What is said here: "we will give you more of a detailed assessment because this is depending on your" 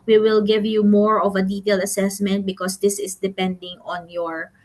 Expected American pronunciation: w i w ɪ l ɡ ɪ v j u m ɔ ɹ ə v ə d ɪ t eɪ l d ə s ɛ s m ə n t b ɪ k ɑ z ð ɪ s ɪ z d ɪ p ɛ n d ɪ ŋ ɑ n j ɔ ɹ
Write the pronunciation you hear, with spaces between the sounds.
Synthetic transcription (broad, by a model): w i w ɪ l ɡ ɪ v j u m ɔ ɹ ə v ə d ɪ t eɪ l d ə s ɛ s m ə n t b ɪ k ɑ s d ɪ s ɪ s d ɪ p ɛ n d ɪ ŋ ɑ n j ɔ ɹ